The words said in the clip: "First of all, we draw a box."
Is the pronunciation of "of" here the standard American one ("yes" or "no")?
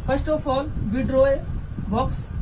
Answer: no